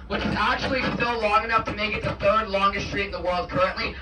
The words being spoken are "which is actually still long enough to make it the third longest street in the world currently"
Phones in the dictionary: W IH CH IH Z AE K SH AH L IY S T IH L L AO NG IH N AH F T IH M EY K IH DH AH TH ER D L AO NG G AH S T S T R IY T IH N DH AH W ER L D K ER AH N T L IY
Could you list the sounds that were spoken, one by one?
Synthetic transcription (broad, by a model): W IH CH IH Z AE K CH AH L IY S T IH L L AO NG IH N AH F T IH M EY K IH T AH F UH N L AO NG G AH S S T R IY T IH N DH AH W ER L D K ER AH N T L IY